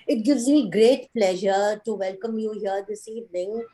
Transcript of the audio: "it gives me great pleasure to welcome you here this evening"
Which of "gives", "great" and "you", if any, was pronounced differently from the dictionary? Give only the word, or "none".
none